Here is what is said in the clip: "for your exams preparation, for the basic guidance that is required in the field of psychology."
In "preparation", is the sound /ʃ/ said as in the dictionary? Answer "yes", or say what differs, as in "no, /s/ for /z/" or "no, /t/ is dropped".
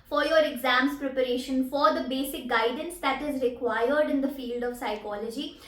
yes